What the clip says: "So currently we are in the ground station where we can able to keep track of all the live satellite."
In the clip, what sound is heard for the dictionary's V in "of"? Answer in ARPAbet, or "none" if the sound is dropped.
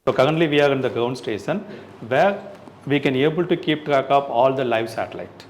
P